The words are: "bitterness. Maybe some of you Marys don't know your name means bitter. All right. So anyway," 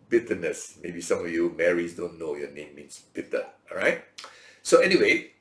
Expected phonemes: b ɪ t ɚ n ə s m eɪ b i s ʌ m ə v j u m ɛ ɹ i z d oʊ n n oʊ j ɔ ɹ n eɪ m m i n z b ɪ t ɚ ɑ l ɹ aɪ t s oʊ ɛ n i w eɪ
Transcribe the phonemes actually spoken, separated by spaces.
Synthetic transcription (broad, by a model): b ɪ t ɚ n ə s m eɪ b i s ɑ m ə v j u m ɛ ɹ i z d oʊ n n oʊ j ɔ n eɪ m m i n s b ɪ t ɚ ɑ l ɹ aɪ t s oʊ ɛ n i w eɪ